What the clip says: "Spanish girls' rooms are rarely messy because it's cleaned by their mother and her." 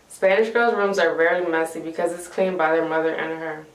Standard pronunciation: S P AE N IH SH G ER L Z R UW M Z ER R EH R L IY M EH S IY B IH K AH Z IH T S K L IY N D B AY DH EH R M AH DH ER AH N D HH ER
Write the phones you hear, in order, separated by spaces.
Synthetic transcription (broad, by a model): S P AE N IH SH G ER L Z R UW M Z ER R EH R L IY M EH S IY B IH K AH Z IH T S K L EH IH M B AY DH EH R M AH DH ER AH N HH ER